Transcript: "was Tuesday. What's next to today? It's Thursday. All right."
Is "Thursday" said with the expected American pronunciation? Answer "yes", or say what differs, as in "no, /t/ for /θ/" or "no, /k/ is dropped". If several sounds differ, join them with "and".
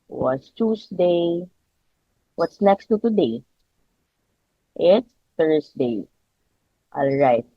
no, /s/ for /z/